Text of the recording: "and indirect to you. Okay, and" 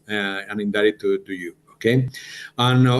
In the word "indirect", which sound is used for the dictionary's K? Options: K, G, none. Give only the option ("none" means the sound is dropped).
none